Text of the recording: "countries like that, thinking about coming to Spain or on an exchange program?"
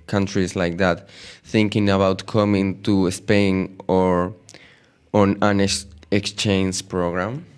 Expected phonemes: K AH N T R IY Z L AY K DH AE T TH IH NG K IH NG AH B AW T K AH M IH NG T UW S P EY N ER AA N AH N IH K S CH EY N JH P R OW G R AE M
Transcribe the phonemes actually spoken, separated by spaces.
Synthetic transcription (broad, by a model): K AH N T R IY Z L AY K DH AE T TH IH NG K IH NG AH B AW T K AH M IH NG T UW S P EY N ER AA N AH N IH K S CH EY N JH P R OW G R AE M